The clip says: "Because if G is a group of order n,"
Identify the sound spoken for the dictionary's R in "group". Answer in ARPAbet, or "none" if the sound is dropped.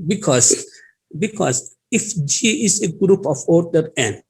R